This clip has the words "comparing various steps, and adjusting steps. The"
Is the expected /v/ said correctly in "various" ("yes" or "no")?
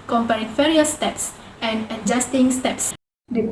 no